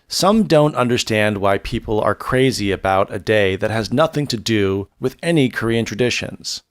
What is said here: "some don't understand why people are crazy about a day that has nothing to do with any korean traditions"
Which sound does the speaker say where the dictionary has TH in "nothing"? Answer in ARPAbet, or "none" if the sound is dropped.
TH